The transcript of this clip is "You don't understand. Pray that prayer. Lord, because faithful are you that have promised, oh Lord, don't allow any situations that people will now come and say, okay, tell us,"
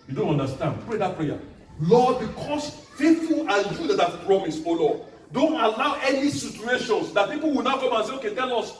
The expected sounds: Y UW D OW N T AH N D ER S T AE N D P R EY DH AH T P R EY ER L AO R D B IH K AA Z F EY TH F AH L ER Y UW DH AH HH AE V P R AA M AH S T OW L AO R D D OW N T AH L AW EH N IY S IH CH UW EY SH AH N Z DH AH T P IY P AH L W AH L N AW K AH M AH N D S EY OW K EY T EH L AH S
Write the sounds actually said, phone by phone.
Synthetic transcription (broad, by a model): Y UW D OW N T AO N D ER S T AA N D P R EY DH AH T P R EY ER L AO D B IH K AA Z F EY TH F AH L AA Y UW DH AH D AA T P R AA M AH S OW L AO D D OW N T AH L AW EH N IY S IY CH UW EY SH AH N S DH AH T P IY P AH L W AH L N AW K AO M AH N S EY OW K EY T EH L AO S